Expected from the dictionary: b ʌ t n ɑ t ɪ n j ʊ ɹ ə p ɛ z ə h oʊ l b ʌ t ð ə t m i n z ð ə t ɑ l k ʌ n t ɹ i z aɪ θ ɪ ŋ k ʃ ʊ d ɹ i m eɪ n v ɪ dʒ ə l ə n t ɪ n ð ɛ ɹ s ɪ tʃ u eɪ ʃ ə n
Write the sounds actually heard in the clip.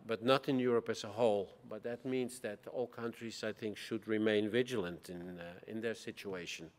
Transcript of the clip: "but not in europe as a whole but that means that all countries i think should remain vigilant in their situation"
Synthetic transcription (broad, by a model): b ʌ t n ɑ t ɪ n j ʊ ɹ ə p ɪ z ə h oʊ l b ʌ t ð ə t m i n z ð ə t ɑ l k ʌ n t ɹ i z aɪ θ ɪ ŋ k ʃ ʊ d ɹ i m eɪ n v ɪ dʒ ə l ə n t ɪ n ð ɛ ɹ s ɪ tʃ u eɪ ʃ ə n